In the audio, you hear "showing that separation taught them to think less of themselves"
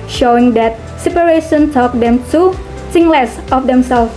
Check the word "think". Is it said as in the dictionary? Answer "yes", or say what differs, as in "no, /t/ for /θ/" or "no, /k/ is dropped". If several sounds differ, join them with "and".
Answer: no, /s/ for /θ/